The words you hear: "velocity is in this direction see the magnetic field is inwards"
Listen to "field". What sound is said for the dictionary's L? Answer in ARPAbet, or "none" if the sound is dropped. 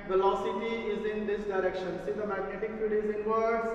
none